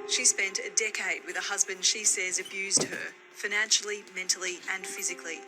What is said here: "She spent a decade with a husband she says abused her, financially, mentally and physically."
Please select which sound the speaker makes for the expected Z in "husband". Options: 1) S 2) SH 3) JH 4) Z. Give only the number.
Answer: 4